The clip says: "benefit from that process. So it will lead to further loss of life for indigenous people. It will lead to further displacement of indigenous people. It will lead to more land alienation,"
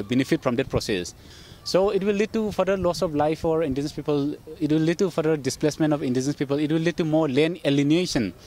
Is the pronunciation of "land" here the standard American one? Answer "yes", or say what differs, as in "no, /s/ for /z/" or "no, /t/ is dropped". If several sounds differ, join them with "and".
no, /d/ is dropped